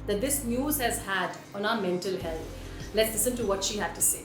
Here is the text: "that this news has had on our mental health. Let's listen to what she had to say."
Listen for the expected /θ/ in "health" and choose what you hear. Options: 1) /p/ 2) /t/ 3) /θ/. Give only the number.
2